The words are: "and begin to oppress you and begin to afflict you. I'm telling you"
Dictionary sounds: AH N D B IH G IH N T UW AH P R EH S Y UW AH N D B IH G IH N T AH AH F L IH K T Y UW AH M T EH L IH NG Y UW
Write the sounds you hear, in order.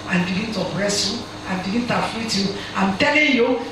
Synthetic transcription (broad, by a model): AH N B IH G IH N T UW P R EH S Y UW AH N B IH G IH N T AH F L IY T Y UW AH M T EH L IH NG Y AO